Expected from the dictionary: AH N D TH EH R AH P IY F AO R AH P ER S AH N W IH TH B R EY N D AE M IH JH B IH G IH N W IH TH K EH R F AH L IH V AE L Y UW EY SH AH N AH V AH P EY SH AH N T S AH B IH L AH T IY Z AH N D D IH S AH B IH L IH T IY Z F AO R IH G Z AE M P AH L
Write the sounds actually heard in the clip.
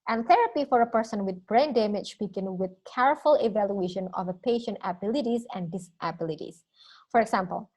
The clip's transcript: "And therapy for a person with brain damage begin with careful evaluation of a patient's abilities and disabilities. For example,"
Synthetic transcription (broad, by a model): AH N TH EH R AH P IY F AO R AH P ER S AH N W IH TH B R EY N D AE M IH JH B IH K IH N W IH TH K EH R F AH L IH V AE L Y UW EY SH AH N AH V AH P EY SH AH N T AH B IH L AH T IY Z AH N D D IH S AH B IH L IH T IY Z F AO R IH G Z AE M P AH L